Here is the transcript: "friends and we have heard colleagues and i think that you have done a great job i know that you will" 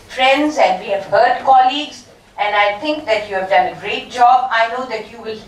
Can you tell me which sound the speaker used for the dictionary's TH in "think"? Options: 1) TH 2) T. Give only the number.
2